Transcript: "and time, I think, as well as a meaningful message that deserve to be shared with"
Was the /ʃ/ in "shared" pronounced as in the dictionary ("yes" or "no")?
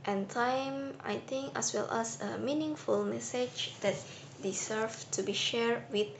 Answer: yes